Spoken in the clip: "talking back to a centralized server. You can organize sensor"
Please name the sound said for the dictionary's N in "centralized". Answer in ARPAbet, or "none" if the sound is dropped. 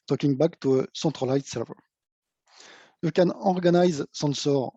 none